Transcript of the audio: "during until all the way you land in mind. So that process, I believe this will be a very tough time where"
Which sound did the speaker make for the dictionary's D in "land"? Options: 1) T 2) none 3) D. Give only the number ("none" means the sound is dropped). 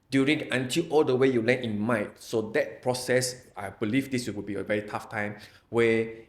2